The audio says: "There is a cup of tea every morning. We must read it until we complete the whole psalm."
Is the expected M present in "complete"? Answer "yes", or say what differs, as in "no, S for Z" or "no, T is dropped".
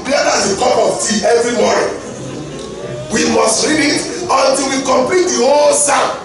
yes